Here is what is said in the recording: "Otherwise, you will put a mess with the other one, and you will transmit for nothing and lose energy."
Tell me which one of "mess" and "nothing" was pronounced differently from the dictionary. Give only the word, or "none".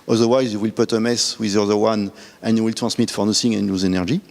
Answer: nothing